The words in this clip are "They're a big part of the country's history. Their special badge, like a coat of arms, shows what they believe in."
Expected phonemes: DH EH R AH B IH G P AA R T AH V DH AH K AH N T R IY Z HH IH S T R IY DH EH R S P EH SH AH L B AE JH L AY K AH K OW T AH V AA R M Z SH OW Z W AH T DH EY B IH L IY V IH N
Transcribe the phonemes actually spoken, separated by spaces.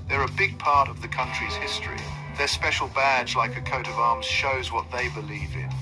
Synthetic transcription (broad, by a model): DH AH R AH B IH G P AA R T AH V DH AH K AH N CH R IY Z HH IH S T R IY DH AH R S P EH SH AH L B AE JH L AY K AH K OW T AH V AA R M Z SH OW Z W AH T DH EY B IH L IY V IH N